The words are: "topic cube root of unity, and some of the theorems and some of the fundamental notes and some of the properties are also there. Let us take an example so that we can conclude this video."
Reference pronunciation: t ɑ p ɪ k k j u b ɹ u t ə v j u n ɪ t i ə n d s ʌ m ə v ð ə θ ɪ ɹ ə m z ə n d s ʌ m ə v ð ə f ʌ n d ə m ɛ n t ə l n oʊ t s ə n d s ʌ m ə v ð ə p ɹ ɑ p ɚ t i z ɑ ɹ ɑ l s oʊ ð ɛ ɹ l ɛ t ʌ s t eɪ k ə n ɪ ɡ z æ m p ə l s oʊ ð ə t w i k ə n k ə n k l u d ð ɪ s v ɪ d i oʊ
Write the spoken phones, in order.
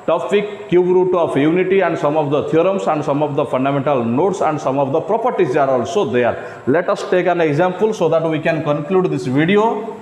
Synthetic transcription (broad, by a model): t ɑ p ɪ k k j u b ɹ u t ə p j u n ɪ t i ə n d s ʌ m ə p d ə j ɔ ɹ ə m s ə n d s ʌ m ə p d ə p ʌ n d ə m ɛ n t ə l n oʊ t s ə n d s ʌ m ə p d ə p ɹ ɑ p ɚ t i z ɑ ɹ ɑ l s oʊ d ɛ ɹ l ɛ t ʌ s t eɪ k ə n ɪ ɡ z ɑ m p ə l s oʊ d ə t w i k ə n k ə n k l u d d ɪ s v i d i oʊ